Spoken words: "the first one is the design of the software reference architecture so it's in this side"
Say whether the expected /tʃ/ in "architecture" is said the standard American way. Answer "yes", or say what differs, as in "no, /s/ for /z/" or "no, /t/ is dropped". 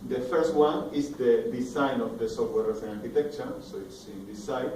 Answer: yes